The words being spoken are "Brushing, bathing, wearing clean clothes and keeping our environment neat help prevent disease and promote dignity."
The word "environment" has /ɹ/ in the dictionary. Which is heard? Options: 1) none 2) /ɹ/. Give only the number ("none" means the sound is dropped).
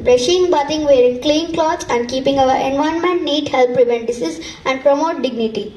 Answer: 1